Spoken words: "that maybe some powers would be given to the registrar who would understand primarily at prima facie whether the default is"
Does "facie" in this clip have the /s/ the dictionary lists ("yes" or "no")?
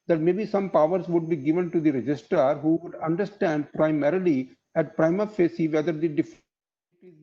yes